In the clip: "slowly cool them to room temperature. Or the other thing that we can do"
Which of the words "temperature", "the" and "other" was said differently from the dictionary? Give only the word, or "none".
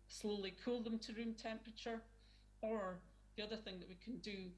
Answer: none